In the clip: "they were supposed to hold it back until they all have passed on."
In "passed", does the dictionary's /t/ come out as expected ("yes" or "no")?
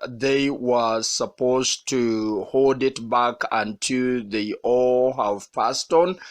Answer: yes